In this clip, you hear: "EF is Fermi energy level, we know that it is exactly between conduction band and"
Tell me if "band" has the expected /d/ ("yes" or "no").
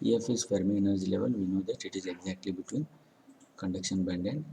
yes